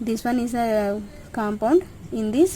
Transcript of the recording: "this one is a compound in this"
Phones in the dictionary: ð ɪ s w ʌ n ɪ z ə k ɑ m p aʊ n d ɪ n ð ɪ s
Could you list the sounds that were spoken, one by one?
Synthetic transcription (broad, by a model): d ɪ s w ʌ n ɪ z ə k ɑ m p aʊ n d ɪ n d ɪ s